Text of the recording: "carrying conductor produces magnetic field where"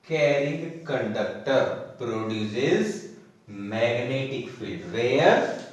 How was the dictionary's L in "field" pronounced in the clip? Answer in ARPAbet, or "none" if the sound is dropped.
none